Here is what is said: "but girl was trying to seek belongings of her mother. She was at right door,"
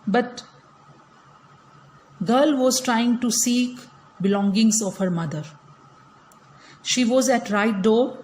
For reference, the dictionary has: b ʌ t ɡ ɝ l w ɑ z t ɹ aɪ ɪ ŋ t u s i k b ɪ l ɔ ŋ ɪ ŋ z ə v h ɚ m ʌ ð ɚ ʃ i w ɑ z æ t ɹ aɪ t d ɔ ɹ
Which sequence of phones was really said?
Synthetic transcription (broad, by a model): b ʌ t ɡ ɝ l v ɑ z t ɹ aɪ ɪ ŋ t u s i k b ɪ l ɔ ŋ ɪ ŋ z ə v h ɚ m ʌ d ɚ ʃ i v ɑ z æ t ɹ aɪ t d ɔ